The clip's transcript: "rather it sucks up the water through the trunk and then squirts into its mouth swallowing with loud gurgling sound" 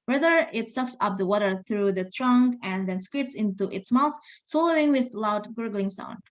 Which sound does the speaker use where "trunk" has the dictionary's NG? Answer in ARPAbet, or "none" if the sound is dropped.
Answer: NG